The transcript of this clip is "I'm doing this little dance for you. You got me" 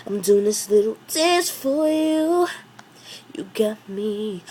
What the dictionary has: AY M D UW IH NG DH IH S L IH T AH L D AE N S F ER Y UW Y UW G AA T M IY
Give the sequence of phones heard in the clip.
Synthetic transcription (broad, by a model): AY M D UW IH NG DH IH S L IH T L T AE S F ER Y UW Y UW G AA T M IY